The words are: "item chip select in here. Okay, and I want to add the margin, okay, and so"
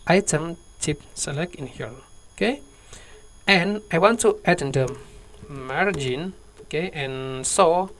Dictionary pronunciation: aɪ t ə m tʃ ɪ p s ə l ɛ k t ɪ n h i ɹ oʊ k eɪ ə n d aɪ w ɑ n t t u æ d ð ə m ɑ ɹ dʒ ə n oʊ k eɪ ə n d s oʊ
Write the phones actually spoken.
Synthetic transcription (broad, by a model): aɪ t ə m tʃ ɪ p s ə l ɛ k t ɪ n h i l oʊ k eɪ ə n aɪ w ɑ n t t u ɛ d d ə m ɑ ɹ dʒ ə n oʊ k eɪ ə n s oʊ